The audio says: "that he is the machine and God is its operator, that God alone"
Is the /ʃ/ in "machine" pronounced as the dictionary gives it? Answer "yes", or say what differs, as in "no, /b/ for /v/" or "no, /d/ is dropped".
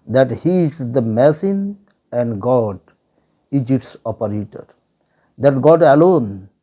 no, /s/ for /ʃ/